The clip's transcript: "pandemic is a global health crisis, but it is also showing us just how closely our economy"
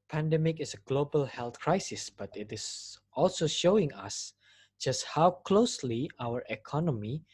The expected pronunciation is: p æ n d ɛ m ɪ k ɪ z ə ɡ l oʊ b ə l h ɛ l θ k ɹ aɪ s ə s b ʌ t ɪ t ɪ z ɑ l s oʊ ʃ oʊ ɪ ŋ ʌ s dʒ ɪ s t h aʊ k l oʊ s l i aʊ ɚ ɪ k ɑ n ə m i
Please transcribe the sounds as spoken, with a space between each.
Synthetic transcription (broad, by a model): p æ n d ɛ m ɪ k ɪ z ə ɡ l oʊ b ə l h ɛ l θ k ɹ aɪ s ə s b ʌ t ɪ t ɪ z ɑ l s oʊ ʃ oʊ ɪ ŋ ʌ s dʒ ɪ s t h aʊ k l oʊ s l i aʊ ɚ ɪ k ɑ n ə m i